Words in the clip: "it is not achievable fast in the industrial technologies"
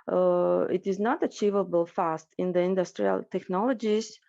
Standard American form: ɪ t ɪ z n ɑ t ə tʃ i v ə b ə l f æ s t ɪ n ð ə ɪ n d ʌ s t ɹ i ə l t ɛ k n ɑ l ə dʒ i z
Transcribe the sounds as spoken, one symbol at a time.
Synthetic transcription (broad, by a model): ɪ t ɪ z n ɑ t ə tʃ i v ə b ə l f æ s t ɪ n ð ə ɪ n d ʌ s t ɹ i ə l t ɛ k n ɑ l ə dʒ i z